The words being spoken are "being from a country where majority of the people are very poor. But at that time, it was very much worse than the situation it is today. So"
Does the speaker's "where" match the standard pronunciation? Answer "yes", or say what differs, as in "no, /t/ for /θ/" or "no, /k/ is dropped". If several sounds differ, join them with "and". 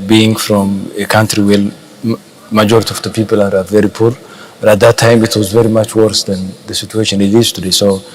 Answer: no, /l/ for /ɹ/